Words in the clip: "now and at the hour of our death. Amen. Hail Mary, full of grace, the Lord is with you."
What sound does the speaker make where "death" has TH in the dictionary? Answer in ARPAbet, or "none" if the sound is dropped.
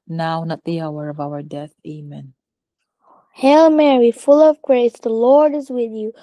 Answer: TH